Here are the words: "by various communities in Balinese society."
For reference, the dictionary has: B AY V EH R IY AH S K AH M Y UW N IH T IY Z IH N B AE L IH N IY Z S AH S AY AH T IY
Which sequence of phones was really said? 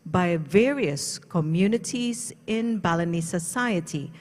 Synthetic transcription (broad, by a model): B AY V EH R IY AH S K AH M Y UW N IH T IY Z IH N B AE L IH N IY S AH S AY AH T IY